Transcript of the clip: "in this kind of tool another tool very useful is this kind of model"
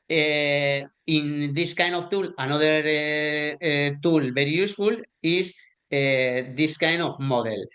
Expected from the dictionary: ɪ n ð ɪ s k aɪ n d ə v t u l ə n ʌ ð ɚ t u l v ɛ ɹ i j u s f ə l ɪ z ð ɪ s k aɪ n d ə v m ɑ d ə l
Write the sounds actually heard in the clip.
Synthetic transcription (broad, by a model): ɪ n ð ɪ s k aɪ n d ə f t u l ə n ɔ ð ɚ t u l b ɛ ɹ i j u s f ə l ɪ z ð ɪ s k aɪ n d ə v m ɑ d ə l